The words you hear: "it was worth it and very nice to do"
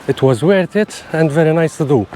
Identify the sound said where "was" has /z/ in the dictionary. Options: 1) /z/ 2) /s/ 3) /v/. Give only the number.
1